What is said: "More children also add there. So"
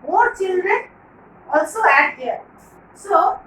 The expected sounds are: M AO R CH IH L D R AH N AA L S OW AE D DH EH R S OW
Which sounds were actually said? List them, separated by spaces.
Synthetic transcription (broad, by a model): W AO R CH IH L D R AH N AA L S OW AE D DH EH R S OW